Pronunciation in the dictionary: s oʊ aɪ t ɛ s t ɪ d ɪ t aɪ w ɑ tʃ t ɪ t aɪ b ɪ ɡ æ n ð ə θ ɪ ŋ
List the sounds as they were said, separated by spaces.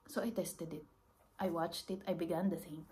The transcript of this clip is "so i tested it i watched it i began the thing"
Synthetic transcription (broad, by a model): s oʊ aɪ t ɛ s t ɪ d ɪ t aɪ w ɑ tʃ t ɪ t aɪ b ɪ ɡ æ n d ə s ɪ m